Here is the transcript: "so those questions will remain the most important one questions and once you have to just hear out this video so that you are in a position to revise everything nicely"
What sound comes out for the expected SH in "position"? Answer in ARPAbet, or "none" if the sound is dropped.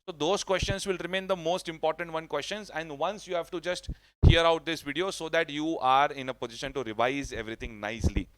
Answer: SH